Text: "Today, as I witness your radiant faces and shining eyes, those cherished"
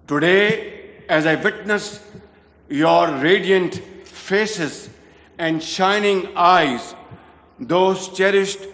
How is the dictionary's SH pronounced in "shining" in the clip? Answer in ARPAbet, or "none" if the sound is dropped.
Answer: SH